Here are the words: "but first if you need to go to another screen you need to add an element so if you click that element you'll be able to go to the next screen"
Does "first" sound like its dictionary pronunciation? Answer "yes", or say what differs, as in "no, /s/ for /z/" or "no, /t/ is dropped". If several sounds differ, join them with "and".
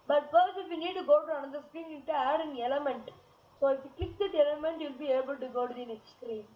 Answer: no, /t/ is dropped